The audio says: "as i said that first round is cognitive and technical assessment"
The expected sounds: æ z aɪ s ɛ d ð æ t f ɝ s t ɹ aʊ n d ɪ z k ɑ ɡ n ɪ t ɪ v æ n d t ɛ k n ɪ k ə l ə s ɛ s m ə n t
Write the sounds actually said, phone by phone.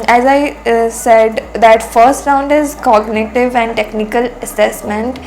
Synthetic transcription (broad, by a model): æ z aɪ s ɛ d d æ t f ɝ s t ɹ aʊ n d ɪ z k ɑ ɡ n ɪ t ɪ v æ n d t ɛ k n ɪ k ə l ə s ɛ s m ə n t